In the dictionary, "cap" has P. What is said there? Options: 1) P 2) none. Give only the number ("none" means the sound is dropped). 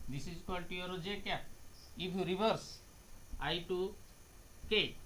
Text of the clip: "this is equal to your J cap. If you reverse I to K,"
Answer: 2